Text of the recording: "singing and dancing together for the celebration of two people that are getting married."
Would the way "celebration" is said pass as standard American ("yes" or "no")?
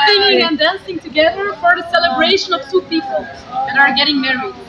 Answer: yes